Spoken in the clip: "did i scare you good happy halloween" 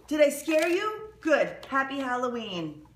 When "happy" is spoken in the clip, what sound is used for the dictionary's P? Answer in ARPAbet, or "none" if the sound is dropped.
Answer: P